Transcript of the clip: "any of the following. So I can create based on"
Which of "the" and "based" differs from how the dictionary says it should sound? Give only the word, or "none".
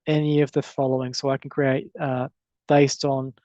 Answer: none